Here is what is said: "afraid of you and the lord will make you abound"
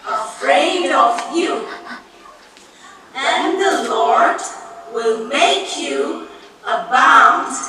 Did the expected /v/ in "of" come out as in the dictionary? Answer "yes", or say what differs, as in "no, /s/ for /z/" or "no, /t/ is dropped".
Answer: yes